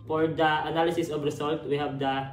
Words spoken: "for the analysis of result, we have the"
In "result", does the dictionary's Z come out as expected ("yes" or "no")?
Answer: no